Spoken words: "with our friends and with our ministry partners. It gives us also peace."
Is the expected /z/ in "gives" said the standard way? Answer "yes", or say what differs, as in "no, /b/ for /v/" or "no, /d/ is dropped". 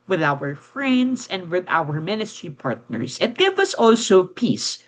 no, /z/ is dropped